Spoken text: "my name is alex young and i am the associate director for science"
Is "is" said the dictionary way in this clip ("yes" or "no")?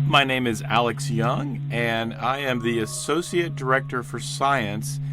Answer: yes